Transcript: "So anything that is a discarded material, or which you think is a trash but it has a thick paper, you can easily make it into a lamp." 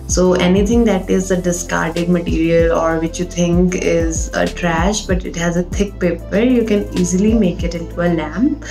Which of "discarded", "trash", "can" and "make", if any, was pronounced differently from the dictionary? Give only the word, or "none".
none